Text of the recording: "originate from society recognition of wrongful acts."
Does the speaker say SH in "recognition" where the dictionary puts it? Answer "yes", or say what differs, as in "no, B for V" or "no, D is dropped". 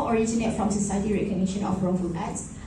yes